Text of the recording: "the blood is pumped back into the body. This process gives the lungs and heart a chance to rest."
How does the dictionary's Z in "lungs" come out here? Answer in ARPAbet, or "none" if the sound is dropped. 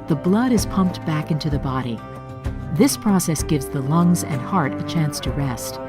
Z